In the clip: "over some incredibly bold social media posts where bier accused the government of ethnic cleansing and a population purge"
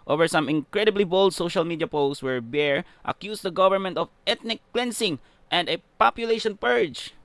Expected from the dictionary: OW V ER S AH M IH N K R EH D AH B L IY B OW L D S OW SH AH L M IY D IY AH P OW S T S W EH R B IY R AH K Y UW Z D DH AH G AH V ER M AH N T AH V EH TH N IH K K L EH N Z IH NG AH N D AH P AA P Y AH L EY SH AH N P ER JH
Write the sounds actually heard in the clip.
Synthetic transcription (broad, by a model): OW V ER S AH M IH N K R EH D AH B L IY B OW L D S OW SH AH L M IY D IY AH P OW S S W EH R B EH R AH K Y UW S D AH G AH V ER M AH N T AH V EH T N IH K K L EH N S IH NG AH N D AH P AA P Y AH L EY SH AH N P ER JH